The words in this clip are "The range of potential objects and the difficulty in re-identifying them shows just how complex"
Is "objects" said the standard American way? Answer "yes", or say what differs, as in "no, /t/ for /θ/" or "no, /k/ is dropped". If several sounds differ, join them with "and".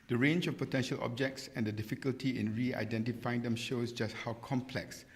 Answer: yes